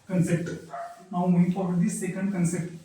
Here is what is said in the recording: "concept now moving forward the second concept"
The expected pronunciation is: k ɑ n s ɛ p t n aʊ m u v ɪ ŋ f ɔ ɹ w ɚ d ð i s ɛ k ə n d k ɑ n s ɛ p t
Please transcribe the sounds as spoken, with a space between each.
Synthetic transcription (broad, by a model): k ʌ n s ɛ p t n aʊ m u ɪ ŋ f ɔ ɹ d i s ɛ k ə n d k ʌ n s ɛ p t